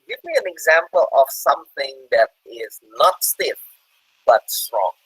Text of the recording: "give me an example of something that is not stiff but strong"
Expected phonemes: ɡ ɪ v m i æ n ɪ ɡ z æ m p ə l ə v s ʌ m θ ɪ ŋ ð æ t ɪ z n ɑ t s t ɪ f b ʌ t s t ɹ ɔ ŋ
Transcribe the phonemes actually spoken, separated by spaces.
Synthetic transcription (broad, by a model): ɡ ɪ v m i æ n ɪ ɡ z æ m p ə l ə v s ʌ m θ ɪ ŋ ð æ t ɪ z n ɑ t s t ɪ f b ʌ t s t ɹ ɔ ŋ